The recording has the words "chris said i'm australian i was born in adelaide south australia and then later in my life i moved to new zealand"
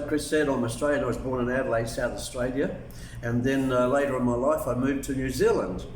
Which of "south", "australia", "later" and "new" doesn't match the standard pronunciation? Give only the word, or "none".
none